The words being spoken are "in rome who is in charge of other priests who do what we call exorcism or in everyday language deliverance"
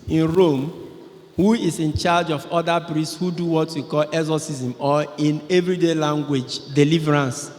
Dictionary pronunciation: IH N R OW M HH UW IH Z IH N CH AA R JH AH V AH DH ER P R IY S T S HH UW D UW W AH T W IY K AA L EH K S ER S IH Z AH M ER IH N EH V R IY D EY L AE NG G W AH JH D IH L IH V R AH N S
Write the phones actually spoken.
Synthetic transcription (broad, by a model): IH N R OW M HH UW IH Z IH N CH AA JH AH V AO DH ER P R IY S T S HH UW D UW W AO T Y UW K AA L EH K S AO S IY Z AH M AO IH N EH V R IY D EY L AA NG G W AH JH D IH L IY V R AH N S